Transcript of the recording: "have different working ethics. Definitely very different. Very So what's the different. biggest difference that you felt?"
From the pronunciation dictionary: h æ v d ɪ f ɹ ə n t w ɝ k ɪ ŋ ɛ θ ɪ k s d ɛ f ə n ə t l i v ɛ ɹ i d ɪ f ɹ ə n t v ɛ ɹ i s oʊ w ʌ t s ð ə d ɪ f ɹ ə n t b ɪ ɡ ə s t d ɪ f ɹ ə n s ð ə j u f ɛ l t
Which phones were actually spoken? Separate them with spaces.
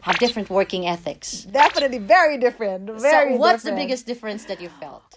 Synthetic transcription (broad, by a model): h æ v d ɪ f ɹ ə n t w ɝ k ɪ ŋ ɛ θ ɪ k s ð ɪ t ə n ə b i v ɛ ɹ i d ɪ f ɹ ə n t v ɛ ɹ i w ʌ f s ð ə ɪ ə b ɪ ɡ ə s d ɪ f ɹ ə n s ð ə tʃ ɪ f ɛ l t